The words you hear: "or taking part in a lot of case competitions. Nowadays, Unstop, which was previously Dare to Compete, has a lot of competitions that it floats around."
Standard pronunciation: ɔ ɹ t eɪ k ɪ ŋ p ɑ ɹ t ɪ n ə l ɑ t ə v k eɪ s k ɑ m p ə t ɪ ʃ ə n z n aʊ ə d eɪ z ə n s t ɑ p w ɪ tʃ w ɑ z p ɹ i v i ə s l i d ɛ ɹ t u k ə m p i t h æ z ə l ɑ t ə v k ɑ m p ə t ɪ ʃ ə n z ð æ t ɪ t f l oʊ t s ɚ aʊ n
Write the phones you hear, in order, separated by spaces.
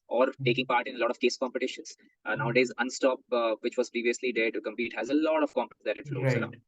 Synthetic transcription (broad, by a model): ɔ ɹ t eɪ k ɪ ŋ p ɑ ɹ t ɪ n ə l ɑ t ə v k eɪ s k ɑ m p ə t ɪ ʃ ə n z n aʊ ə d eɪ z ə n s t ɑ p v ɪ tʃ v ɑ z p ɹ i v i ə s l i d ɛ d t u k ə m p i t h æ z ə l ɑ t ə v k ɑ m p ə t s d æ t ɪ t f l oʊ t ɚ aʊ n